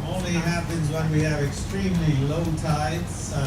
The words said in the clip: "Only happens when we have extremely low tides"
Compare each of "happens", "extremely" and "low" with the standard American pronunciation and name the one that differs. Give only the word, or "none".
none